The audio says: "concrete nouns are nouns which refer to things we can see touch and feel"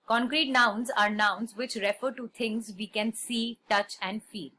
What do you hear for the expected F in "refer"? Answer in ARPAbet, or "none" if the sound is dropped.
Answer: F